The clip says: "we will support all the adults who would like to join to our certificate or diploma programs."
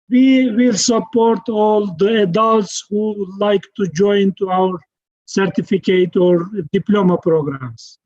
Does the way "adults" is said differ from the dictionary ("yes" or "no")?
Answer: no